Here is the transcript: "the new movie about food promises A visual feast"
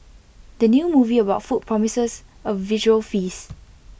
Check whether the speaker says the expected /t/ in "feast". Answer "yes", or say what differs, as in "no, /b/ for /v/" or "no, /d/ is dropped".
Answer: no, /t/ is dropped